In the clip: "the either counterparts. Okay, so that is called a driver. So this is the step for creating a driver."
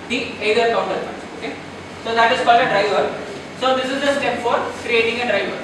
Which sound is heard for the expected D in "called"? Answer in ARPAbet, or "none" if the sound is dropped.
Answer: none